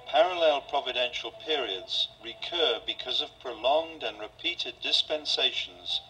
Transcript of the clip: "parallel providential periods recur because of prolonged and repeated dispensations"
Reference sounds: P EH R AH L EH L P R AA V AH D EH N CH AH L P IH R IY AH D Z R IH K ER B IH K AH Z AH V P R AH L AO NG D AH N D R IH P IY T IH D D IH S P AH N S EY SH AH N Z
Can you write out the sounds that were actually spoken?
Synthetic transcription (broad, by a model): P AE R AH L EH L P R AA V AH D EH N SH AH L P IH R IY AH D Z R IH K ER B IH K AH Z AH V P R AH L AO NG D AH N R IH P IY T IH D D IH S P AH N S EY SH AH N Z